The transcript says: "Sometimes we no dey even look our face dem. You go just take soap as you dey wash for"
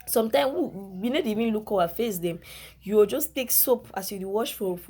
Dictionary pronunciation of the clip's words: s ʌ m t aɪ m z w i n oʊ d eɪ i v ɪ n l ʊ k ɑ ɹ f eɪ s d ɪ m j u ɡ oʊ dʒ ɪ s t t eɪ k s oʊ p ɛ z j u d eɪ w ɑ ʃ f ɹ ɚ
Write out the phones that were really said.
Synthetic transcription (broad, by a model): s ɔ m t aɪ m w w i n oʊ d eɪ i v ɪ n l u k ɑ w f eɪ s d ɪ m j u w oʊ dʒ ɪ s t t eɪ k s oʊ p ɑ s j u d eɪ w ɑ ʃ f ɹ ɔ